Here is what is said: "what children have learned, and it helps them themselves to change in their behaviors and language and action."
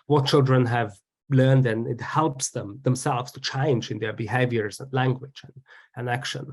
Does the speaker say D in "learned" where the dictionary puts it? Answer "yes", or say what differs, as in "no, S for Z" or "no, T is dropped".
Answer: yes